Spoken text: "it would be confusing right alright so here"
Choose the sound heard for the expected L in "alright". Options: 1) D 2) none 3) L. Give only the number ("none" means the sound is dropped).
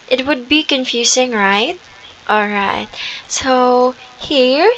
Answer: 3